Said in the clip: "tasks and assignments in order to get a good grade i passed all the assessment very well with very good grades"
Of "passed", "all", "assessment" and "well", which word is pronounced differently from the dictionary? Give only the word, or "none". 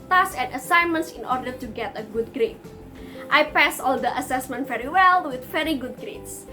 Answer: passed